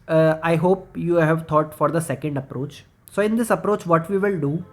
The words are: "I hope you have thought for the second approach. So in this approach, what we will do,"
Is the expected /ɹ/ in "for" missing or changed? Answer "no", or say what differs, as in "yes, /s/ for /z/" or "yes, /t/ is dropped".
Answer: no